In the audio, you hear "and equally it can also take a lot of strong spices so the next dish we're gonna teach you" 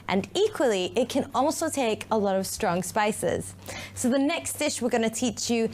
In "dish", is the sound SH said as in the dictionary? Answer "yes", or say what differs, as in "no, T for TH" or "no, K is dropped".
yes